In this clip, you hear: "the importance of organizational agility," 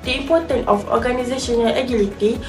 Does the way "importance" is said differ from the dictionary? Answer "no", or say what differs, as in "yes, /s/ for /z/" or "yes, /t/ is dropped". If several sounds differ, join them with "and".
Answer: yes, /s/ is dropped